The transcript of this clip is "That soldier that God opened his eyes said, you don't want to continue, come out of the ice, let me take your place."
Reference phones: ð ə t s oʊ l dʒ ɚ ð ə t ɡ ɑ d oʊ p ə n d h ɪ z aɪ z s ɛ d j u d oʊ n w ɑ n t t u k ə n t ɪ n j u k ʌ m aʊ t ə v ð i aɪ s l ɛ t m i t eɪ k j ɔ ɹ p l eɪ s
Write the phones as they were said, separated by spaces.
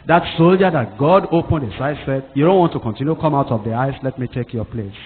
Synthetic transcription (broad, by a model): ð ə t s oʊ l dʒ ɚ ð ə t ɡ ɑ d oʊ p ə n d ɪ s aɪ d s ɛ d j u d oʊ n w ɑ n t t u k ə n t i n j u k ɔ m aʊ t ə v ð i aɪ s l ɛ t m i t eɪ k j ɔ p l eɪ s